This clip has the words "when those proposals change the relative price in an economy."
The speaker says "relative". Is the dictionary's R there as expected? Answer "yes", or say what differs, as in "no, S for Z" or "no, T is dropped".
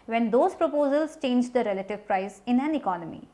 yes